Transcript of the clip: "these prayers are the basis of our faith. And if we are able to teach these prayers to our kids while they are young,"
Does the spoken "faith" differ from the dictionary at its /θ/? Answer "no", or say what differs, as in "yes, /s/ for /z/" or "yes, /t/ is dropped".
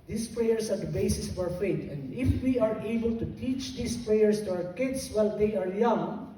yes, /t/ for /θ/